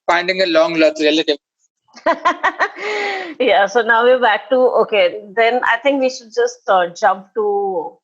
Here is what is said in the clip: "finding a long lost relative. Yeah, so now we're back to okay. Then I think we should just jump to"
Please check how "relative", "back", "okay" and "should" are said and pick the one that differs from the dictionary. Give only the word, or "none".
none